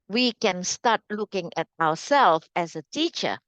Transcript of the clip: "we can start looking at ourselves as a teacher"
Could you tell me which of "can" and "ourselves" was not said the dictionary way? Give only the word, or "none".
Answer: ourselves